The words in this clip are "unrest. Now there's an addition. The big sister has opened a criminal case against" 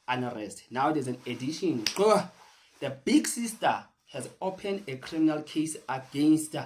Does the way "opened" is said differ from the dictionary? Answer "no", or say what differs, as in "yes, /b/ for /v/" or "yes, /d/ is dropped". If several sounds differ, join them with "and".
no